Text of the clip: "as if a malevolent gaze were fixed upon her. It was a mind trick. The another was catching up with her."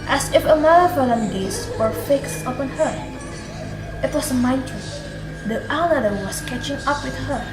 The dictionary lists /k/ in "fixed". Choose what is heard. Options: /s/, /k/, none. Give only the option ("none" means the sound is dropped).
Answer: /k/